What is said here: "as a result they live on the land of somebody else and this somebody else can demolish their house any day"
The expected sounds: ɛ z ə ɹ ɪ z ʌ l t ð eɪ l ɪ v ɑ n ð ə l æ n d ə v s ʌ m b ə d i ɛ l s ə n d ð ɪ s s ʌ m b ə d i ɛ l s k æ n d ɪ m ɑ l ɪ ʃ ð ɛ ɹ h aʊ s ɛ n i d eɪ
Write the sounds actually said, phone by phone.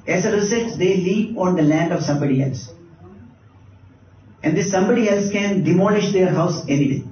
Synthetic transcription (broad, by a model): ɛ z ə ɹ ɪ s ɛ t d eɪ l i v ɑ n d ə l æ n d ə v s ʌ m b ə d i ɛ l s ə n d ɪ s s ʌ m b ə d i ɛ l s k æ n d ɪ m ɑ l ɪ ʃ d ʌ ɹ h aʊ s ɛ n i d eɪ